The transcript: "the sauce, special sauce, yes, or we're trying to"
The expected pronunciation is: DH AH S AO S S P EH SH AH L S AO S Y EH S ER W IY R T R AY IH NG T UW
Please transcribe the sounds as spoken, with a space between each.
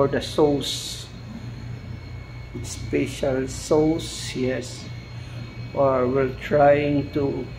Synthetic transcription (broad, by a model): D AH S AO S S P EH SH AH L S AO S Y EH S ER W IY L T R AY IH NG T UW